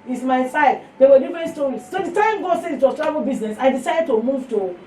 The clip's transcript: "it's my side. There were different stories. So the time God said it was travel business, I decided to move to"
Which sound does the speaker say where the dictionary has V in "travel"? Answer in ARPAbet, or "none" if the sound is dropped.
none